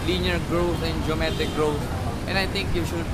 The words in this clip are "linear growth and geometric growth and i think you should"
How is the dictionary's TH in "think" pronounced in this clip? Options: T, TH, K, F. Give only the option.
T